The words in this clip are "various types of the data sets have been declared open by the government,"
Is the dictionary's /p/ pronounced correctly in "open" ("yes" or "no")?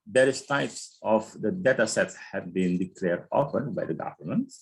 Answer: no